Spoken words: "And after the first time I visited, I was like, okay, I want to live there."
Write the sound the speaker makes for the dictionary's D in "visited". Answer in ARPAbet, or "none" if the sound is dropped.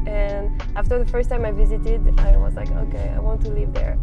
D